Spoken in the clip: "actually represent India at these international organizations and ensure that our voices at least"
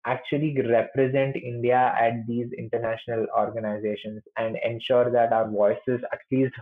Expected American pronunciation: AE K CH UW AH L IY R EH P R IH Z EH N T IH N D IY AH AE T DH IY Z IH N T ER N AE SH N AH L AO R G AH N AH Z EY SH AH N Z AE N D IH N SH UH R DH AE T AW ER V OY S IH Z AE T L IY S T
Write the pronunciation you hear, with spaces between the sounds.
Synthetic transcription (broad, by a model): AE K CH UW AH L IY R EH P R IH Z EH N T IH N D IY AH AE T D IY Z IH N T ER N AE SH N AH L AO R G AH N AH Z EY SH AH N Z AE N D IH N SH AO R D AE T AW ER V OY S IH Z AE T L IY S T